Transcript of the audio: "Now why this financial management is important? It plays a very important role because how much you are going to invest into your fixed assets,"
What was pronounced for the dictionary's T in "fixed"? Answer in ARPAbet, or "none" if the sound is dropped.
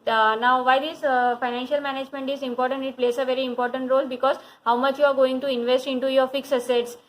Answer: none